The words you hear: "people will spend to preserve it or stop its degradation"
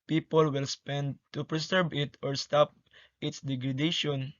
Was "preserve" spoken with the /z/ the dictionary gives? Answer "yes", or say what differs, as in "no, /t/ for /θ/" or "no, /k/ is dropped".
no, /s/ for /z/